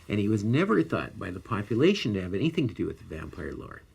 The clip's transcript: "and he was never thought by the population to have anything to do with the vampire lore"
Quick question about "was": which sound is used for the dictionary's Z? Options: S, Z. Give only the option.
Z